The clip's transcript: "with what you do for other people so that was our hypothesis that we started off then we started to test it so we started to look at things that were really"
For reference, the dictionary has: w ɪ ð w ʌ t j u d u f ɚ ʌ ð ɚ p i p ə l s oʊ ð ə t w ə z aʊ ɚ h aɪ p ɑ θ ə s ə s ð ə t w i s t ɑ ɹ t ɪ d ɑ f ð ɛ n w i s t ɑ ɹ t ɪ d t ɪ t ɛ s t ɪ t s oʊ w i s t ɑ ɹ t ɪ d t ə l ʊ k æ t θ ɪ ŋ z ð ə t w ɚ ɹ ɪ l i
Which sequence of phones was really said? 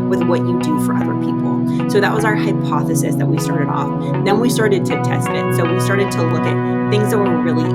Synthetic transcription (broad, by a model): w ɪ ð w ʌ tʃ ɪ d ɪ f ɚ ʌ ð ɚ p i p l s oʊ ð ə t w ə z aʊ ɚ h aɪ p ɑ θ ə s ə s ð ə t w i s t ɑ ɹ t ɪ d ɑ f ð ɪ n w i s t ɑ ɹ t ɪ d t ɪ t ɛ s t ɪ t s oʊ w i s t ɑ ɹ t ɪ d t ə l ʊ k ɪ t θ ɪ ŋ z ð ə t w ɚ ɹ ɪ l i